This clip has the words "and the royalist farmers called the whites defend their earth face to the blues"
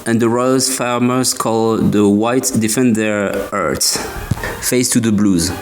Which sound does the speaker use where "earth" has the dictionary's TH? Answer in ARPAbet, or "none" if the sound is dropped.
S